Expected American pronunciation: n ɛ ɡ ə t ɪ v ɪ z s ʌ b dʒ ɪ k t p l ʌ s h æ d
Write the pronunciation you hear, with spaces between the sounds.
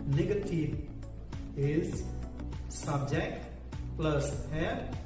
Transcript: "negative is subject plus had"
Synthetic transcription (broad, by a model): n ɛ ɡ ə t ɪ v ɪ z s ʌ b dʒ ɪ k t p l ʌ s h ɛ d